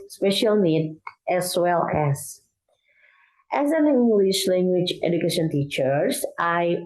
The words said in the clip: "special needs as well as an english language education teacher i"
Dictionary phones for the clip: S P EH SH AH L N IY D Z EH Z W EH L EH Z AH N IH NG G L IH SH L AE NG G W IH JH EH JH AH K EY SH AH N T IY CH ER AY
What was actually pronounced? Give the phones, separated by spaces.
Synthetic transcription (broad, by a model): S P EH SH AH L N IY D EH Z W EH L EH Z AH N IH NG G L IH SH L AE NG G W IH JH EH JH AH K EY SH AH N T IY CH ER AY